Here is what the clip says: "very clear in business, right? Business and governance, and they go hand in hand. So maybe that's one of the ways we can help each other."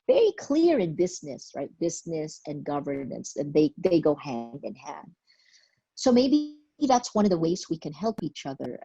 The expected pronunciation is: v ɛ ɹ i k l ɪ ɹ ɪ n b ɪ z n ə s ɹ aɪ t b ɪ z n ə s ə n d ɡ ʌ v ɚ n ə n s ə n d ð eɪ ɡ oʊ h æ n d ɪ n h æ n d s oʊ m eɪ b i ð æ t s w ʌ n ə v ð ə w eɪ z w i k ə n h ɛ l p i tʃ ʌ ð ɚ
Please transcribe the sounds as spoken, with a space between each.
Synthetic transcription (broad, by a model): v ɛ ɹ i k l ɪ ɹ ɪ n b ɪ z n ə s ɹ aɪ t b ɪ z n ə s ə n ɡ ʌ v ɚ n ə n s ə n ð ð eɪ ɡ oʊ h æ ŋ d ɪ n h æ n d s oʊ m eɪ b i ð æ t s w ʌ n ə v ð ə w eɪ z w i k ə n h ɛ l p i tʃ ʌ ð ɚ